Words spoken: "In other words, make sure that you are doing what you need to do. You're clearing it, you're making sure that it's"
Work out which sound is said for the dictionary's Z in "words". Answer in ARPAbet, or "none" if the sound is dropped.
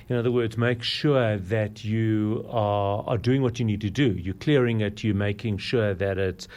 Z